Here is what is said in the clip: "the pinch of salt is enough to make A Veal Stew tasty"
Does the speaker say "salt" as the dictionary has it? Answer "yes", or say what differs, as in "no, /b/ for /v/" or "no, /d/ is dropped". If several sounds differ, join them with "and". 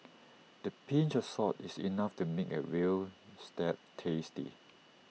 no, /l/ is dropped